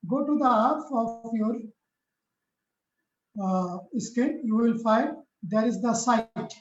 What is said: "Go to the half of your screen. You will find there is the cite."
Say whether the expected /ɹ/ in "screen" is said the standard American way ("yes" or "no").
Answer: no